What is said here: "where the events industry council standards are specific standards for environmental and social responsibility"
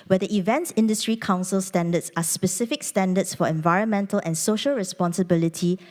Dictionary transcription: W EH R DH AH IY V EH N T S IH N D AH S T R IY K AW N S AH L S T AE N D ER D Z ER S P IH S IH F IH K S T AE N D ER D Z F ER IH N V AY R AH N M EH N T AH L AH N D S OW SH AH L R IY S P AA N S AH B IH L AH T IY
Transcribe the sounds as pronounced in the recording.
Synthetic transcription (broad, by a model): W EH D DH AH IY V EH N T S IH N D AH S T R IY K AW N S AH L S T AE N D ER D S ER S P IH S IH F IH K S T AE N D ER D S F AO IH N V AY R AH N M EH N T AH L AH N S OW SH AH L R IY S P AA N S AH B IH L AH T IY